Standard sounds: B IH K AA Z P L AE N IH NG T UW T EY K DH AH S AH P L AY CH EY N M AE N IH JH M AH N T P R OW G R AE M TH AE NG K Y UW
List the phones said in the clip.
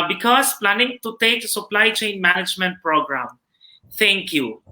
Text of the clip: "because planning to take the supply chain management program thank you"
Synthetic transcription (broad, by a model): B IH K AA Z P L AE N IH NG T UW T EY K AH S AH P L AY CH EY N M AE N IH JH M AH N T P R OW G R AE M T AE NG K Y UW